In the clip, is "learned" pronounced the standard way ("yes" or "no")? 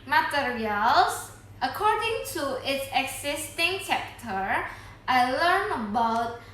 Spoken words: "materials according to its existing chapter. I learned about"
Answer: no